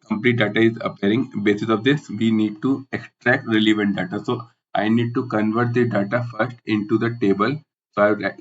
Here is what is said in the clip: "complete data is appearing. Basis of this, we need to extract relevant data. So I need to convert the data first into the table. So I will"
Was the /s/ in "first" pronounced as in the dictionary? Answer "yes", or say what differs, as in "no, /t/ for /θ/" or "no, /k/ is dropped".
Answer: yes